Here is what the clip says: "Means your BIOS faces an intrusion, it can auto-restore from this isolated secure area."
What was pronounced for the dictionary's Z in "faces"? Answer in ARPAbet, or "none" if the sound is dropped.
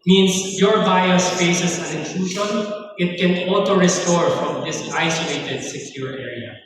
S